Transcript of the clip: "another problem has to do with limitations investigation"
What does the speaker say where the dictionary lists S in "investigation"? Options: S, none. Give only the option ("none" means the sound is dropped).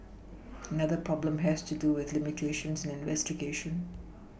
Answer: S